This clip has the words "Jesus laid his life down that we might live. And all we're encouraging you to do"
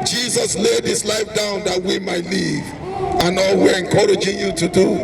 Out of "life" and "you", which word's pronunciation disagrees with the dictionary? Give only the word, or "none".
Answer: none